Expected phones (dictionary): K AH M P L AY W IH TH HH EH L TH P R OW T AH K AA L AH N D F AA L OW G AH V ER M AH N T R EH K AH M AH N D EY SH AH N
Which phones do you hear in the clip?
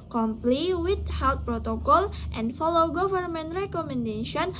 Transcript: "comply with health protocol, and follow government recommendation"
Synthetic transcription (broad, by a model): K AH M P L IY W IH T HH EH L T P R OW T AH K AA L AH N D F AA L OW G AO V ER M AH N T R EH K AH M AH N D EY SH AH N